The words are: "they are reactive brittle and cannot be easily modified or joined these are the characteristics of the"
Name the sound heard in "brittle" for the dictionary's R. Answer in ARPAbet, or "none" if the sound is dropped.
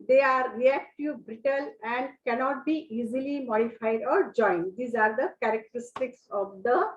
R